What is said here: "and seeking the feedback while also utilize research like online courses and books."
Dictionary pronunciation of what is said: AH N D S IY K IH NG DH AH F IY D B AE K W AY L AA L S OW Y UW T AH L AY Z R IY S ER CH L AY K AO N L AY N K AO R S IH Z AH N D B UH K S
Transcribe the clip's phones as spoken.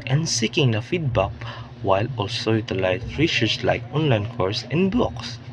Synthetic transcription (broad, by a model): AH N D S IY K IH NG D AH F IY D B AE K W AY L AA L S OW Y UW T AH L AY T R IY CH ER S L AY K AO N L AY N K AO R S AH N D B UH K S